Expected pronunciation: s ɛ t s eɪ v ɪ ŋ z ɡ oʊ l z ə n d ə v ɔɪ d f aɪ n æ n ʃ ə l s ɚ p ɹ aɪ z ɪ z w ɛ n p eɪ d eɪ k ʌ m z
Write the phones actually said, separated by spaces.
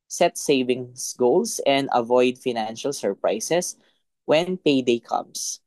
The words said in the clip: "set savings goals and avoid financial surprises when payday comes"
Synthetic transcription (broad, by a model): s ɛ t s eɪ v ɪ ŋ s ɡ oʊ l s ə n d ə v ɔɪ d f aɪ n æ n ʃ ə l s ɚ p ɹ aɪ s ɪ s w ɛ n p eɪ d eɪ k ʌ m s